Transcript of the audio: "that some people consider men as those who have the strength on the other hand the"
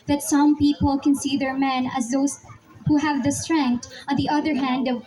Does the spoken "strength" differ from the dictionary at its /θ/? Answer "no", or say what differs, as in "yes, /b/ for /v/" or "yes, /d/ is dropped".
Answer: yes, /t/ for /θ/